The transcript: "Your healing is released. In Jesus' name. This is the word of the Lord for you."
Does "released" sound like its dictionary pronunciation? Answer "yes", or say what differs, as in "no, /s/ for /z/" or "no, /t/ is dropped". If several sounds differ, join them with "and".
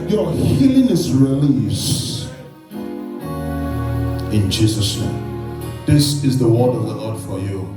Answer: no, /t/ is dropped